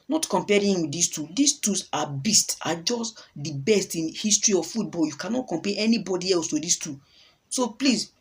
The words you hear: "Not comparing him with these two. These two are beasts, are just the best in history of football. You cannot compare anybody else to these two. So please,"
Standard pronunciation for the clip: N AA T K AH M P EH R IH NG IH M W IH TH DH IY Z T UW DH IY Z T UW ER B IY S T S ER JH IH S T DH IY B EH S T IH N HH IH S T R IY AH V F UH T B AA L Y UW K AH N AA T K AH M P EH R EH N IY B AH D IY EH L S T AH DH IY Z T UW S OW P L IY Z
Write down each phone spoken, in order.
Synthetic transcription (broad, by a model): N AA T K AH M P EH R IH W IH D IY S T UW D IY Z T UW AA B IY S T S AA JH IH S T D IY B EH S T IH N HH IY S T R IY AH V F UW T B AA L Y UW K AH N AA T K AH M P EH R EH N IY B AH D IY EH L S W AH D IY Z T UW S OW P L IY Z